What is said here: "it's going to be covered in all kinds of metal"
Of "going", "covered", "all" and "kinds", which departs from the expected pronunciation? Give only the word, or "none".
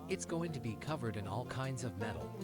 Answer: none